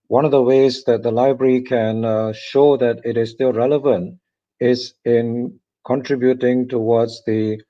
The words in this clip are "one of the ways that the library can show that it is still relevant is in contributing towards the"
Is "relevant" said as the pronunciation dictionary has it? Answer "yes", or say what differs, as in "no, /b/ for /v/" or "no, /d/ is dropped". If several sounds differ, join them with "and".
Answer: yes